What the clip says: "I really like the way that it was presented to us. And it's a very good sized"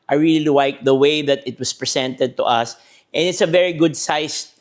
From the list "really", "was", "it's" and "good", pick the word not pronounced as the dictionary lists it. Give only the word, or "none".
was